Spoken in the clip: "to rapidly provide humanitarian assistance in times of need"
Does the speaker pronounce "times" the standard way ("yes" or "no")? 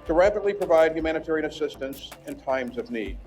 yes